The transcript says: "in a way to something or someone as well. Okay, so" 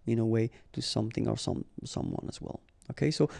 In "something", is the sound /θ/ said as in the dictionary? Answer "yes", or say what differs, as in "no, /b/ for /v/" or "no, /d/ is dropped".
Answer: yes